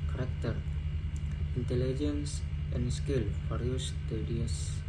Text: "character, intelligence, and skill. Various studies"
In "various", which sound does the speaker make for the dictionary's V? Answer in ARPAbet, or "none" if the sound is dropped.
F